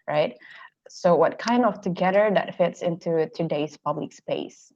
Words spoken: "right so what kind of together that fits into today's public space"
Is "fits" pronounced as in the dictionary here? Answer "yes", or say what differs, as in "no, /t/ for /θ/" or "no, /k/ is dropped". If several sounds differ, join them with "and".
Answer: yes